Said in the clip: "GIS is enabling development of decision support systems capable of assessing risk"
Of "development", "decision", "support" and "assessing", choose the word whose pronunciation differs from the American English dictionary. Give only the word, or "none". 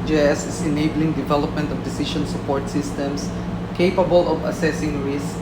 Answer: decision